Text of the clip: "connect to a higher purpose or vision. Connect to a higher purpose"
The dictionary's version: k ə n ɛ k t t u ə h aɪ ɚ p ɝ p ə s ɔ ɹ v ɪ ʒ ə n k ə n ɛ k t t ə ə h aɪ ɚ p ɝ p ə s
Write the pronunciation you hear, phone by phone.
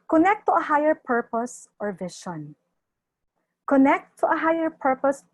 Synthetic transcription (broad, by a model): k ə n ɛ k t t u ə h aɪ ɚ p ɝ p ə s ɔ ɹ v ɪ ʃ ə n k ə n ɛ k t t ə ə h aɪ ɚ p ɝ p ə s